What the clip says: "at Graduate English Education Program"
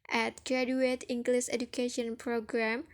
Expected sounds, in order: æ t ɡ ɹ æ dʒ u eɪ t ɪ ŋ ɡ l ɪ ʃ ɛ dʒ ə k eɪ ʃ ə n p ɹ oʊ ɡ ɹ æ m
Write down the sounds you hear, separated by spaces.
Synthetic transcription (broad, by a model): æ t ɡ ɹ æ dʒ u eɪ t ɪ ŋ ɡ l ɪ s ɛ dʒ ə k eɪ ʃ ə n p ɹ oʊ ɡ ɹ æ m